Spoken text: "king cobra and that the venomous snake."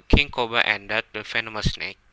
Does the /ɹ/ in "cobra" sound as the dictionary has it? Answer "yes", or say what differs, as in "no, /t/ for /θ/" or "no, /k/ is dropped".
no, /ɹ/ is dropped